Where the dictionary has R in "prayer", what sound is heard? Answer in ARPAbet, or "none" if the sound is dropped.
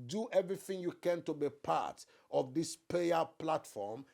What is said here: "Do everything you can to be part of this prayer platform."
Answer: none